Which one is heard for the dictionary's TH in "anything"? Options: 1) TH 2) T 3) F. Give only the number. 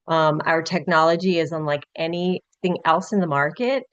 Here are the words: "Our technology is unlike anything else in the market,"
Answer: 1